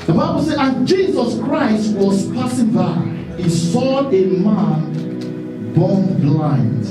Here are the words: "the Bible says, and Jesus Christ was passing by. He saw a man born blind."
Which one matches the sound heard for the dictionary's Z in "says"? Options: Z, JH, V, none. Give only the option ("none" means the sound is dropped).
none